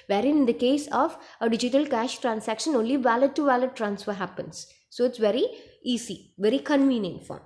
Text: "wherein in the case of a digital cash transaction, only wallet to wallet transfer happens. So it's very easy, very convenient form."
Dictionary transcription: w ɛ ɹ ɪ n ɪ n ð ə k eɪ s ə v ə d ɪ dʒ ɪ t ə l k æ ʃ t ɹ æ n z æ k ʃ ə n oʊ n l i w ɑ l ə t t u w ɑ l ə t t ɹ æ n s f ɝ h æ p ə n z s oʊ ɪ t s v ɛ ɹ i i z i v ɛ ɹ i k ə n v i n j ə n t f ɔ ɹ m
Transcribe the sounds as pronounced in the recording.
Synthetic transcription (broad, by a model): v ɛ ɹ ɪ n ɪ n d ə k eɪ s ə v ə d ɪ dʒ ɪ t ə l k æ ʃ t ɹ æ n s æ k ʃ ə n oʊ n l i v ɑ l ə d t u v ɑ l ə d t ɹ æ n s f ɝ h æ p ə n s oʊ ɪ t s v ɛ ɹ i i s i v ɛ ɹ i k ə n v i n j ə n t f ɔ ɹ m